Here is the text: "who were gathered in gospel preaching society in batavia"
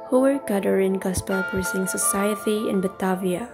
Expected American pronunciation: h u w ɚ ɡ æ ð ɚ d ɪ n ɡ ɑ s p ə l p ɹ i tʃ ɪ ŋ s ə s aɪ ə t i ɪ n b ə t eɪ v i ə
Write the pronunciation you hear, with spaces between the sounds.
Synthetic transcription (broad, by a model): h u w ɚ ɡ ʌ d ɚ ɪ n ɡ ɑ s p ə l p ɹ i s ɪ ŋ s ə s aɪ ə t i ɪ n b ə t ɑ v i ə